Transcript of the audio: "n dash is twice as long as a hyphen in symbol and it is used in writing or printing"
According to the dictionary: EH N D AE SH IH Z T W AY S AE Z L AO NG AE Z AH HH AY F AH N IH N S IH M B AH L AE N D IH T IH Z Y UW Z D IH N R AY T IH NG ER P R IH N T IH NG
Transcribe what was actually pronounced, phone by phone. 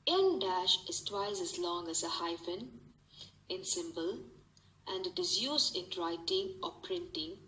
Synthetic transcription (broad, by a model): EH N D AE SH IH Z T W AY S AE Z L AO NG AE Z AH HH AY F AH N IH N S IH M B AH L AE N D IH T IH Z Y UW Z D IH N R AY T IH NG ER P R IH N T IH NG